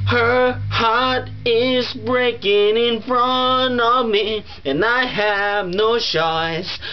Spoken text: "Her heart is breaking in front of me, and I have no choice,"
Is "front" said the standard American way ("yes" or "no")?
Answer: no